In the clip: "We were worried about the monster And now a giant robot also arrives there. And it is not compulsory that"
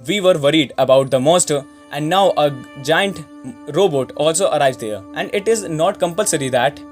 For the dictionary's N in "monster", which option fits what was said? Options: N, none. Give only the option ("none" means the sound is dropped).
none